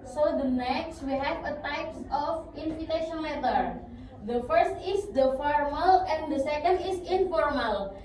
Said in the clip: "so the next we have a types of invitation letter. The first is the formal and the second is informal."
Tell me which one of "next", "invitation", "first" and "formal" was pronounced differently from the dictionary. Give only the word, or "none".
invitation